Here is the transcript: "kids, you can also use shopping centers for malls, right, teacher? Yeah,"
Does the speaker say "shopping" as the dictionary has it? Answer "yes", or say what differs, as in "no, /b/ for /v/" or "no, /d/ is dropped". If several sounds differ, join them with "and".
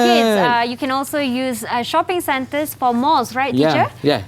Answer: yes